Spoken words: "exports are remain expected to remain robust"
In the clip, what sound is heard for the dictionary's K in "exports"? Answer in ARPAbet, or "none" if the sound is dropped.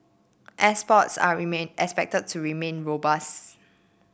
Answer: none